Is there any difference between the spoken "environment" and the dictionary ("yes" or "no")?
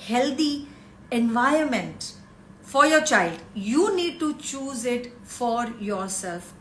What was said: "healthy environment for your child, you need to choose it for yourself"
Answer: yes